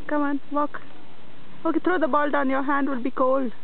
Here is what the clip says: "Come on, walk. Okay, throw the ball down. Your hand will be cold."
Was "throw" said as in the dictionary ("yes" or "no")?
no